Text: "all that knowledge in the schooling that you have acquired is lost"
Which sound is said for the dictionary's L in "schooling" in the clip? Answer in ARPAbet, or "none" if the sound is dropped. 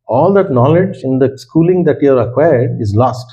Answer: L